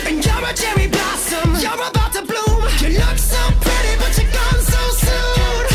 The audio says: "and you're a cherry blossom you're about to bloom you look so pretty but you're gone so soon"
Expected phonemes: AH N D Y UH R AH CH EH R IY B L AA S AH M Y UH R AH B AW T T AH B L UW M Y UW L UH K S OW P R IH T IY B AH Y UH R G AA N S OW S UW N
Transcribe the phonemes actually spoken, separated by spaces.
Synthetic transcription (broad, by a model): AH N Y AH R AH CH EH R IY B L AA S AH M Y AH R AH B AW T T AH B L UW M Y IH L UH K S OW P R IH T IY B AH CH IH G AA N S OW S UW N